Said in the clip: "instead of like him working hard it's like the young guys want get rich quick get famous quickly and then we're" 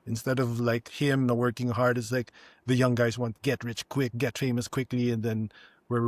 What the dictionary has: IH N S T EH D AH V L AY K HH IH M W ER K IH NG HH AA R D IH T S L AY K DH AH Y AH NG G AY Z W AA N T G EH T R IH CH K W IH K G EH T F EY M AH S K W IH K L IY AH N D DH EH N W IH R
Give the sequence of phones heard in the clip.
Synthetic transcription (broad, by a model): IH N S T EH D AH V L AY K HH IH M W ER K IH NG HH AA R D IH T S L AY K DH AH Y AH NG G AY Z W AA N T G EH T R IH CH K W IH K G EH T F EY M AH S K W IH K L IY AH N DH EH N W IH R